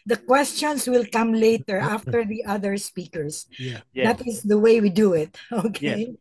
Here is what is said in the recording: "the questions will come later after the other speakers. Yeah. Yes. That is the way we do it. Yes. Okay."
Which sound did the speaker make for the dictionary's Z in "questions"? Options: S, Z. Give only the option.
S